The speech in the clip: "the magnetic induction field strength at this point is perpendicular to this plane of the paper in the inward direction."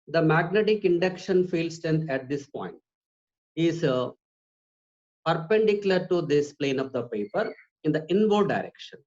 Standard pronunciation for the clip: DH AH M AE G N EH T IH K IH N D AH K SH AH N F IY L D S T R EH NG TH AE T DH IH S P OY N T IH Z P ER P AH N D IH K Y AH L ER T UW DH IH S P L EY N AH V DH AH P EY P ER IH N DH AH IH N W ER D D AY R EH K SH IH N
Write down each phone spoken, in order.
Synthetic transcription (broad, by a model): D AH M AE G N EH T IH K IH N D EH K SH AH N F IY L S T EH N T AE T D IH S P OY N T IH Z P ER P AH N D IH K Y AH L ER T UW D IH S P L EY N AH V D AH P EY P ER IH N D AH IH N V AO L D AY R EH K SH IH N